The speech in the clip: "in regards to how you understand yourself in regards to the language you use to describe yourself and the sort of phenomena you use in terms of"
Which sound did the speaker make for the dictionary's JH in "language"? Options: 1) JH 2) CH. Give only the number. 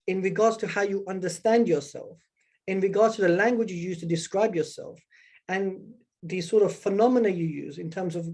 1